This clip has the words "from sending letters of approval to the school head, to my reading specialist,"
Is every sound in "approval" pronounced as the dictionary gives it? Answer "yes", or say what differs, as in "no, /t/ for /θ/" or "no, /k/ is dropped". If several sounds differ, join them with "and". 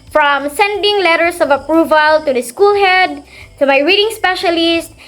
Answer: yes